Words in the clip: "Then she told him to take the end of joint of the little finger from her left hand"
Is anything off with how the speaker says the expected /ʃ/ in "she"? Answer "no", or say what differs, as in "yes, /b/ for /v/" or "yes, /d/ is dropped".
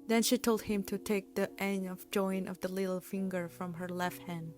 no